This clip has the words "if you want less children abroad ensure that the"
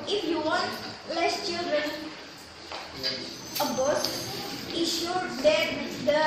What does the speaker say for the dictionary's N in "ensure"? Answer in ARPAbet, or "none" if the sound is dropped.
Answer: none